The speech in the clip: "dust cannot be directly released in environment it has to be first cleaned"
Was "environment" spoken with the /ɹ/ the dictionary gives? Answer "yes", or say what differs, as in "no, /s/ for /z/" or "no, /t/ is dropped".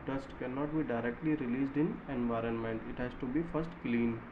yes